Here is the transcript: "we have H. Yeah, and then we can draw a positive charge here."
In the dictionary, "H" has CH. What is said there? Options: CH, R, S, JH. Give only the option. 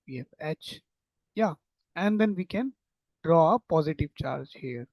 CH